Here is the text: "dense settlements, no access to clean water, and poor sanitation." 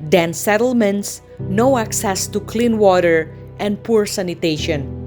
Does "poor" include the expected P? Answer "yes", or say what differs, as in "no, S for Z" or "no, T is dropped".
yes